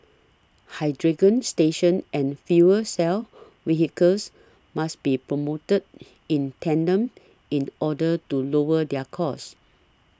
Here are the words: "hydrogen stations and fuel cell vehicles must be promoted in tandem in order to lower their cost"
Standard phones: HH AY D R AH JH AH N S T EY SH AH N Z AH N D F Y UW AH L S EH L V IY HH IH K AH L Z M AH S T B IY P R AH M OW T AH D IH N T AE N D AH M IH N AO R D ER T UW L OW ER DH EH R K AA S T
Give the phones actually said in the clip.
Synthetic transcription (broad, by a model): HH AY D R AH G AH N S T EY SH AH N AH N F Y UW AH S EH L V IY HH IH K AH L S M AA S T B IY P R AH M OW T AH D IH N T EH N D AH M IH N AO D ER T UW L OW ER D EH K AA S